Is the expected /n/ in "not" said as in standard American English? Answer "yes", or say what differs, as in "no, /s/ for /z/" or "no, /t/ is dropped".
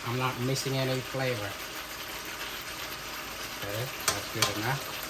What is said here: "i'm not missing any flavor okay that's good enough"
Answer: no, /l/ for /n/